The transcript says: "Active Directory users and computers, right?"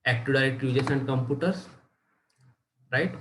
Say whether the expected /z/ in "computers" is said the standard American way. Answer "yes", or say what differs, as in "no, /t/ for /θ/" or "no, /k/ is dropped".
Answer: no, /s/ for /z/